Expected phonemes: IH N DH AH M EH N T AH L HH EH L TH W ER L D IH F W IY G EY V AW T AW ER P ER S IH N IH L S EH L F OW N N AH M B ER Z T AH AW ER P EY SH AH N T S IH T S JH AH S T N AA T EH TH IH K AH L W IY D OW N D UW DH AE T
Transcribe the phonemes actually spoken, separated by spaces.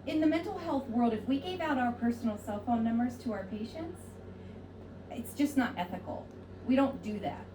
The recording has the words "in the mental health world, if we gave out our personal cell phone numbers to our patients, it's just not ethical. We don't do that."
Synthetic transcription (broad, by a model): IH N DH AH M EH N T L HH EH L TH W ER L D IH F W IY G EY V AW T AW ER P ER S N L S EH L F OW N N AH M B ER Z T AH AW ER P EY SH AH N T S IH T S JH AH S N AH T EH TH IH K L W IY D OW N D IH DH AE T